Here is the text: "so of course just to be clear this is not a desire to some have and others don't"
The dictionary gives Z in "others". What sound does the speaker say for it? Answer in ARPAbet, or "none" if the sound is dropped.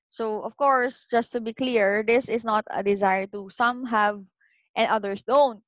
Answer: S